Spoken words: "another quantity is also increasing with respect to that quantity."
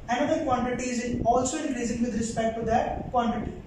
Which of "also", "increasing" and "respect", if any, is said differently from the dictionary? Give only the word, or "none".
increasing